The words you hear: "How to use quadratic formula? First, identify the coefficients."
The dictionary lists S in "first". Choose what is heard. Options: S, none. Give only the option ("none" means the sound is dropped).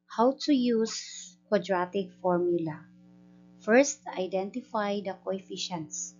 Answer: S